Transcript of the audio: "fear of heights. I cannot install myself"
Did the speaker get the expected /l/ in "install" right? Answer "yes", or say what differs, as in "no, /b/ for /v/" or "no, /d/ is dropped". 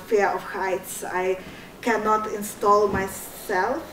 yes